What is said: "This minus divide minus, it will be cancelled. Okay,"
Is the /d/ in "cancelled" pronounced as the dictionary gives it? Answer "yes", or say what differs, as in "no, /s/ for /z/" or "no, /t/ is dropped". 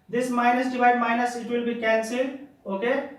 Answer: no, /d/ is dropped